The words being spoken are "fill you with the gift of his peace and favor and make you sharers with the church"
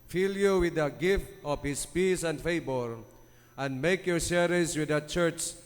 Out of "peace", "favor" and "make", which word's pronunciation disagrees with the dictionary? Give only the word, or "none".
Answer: favor